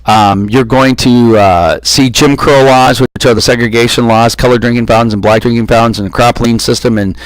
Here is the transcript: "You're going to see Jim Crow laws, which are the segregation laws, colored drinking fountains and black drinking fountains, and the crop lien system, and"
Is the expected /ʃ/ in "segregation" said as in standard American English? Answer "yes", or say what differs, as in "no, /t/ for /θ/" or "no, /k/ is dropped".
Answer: yes